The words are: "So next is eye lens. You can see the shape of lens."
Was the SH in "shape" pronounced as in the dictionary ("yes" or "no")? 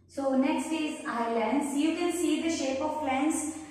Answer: yes